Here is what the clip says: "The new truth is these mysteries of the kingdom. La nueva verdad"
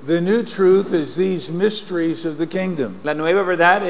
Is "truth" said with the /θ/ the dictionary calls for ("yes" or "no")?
yes